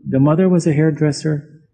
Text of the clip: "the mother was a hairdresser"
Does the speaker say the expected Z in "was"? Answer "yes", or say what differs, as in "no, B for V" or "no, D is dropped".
yes